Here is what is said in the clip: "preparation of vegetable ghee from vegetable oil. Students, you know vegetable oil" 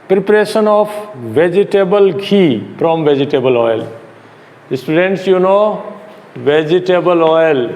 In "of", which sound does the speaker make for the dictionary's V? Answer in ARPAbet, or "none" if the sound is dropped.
P